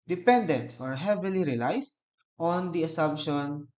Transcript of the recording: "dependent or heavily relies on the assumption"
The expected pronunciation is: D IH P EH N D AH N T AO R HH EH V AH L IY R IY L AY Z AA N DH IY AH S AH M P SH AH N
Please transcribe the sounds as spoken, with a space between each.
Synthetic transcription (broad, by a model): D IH P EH N D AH N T AO R HH EH V AH L IY R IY L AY S AA N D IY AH S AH M P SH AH N